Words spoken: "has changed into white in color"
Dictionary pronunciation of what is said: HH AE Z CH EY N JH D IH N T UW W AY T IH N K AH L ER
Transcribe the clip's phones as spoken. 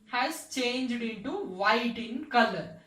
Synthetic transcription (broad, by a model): HH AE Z CH EY N JH D IH N T UW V AY T IH N K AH L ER